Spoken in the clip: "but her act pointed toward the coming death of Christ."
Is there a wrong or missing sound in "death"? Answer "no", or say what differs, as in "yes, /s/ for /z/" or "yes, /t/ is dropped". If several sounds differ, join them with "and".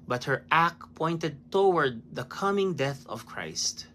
no